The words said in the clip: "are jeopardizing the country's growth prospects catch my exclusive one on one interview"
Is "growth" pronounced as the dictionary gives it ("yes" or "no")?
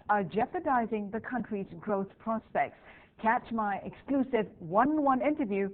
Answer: yes